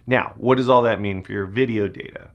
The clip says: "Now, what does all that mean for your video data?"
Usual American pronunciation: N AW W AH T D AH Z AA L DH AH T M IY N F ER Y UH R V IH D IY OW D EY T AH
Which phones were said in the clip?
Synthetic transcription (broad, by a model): N AW W AH T D AH Z AA L DH AH T M IY N F ER Y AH R V IH D IY OW D EY T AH